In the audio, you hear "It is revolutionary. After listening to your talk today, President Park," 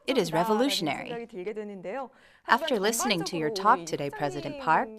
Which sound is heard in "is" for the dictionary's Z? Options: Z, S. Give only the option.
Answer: Z